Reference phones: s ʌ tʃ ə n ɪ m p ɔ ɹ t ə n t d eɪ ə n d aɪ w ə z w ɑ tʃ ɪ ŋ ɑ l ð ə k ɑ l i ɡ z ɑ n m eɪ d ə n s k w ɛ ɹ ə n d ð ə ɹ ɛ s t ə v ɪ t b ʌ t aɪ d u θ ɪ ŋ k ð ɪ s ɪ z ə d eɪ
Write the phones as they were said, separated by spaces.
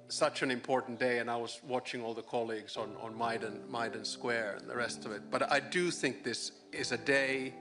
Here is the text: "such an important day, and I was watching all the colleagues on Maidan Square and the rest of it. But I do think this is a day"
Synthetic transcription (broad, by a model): s ʌ tʃ ə n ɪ m p ɔ ɹ t n d eɪ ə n aɪ w ə z w ɑ tʃ ɪ ŋ ɑ l ð ə k ɑ l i ɡ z ɑ n m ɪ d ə n s k w ɛ ɹ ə n ð ə ɹ ɛ s t ə v ɪ t b ʌ t aɪ d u θ ɪ ŋ k ð ɪ s ɪ z ə d eɪ